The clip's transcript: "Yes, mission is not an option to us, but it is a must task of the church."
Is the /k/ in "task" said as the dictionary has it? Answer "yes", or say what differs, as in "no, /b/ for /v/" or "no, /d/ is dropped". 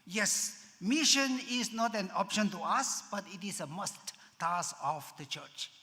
no, /k/ is dropped